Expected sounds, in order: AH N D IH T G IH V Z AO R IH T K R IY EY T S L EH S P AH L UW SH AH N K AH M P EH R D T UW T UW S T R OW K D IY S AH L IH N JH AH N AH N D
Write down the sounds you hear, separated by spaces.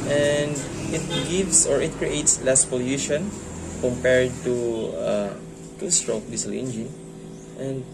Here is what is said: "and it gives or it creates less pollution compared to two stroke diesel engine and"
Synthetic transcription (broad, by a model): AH N D IH T G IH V S AO R IH T K R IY EY T S L EH S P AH L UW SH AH N K AH M P EH R D T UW T UW S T R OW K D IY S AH L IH N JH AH N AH N D